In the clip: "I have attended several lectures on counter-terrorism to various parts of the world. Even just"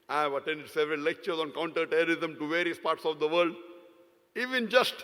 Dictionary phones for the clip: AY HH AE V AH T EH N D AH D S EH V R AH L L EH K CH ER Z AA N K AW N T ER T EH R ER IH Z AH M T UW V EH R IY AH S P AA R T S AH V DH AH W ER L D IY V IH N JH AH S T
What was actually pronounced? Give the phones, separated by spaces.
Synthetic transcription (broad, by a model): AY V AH T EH N D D S EH V R AH L L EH K CH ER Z AA N K AW N T ER T EH R ER IH Z AH M T UW V EH R IY AH S P AA R T S AH V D AH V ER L D IY V IH N JH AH S T